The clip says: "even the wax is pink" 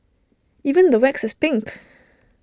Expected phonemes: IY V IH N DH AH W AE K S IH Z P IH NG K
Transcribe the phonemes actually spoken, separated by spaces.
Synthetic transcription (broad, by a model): IY V IH N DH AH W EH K S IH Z P IH NG K